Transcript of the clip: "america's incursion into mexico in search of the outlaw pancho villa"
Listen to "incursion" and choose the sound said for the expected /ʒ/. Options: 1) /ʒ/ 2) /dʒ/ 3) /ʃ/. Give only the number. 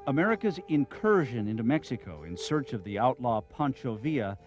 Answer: 1